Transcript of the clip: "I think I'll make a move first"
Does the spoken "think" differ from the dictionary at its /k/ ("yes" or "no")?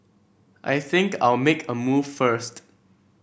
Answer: no